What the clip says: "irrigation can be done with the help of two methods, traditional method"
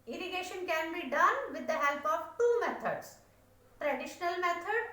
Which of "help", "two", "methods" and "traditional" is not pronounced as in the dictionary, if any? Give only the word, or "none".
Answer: methods